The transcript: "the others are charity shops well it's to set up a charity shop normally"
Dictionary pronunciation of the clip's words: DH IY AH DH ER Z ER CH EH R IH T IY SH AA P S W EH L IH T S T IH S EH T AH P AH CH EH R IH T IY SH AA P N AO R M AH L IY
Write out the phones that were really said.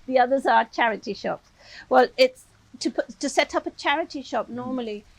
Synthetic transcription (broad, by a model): DH IY AH DH ER Z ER CH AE R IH T IY SH AA P S W EH L IH T S T IH S EH T AH P AH CH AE R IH T IY SH AA P N AO R M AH L IY